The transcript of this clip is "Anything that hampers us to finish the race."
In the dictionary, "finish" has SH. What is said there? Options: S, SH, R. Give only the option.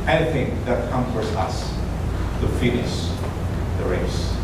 S